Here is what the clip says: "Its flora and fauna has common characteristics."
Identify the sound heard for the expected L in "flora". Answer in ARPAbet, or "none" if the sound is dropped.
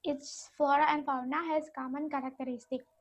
none